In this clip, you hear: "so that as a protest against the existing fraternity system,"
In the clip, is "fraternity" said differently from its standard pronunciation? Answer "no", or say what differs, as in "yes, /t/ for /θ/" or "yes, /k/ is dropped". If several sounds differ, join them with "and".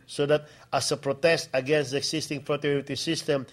yes, /n/ is dropped